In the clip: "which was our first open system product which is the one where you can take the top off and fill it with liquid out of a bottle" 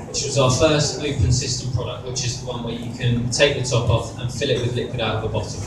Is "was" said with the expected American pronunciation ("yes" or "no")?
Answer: yes